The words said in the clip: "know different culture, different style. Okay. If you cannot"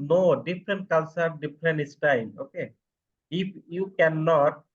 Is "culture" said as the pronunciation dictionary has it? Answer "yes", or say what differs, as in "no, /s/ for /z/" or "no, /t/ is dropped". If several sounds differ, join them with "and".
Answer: no, /s/ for /tʃ/